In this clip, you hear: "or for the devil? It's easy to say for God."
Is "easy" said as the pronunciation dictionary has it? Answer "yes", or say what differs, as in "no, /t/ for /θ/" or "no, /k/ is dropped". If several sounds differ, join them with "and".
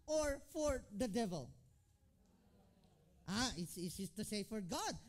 no, /s/ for /z/